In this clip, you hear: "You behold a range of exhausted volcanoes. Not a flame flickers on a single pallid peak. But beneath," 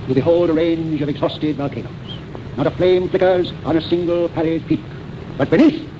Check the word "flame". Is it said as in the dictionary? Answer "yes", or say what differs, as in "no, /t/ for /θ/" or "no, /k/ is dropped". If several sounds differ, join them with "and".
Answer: yes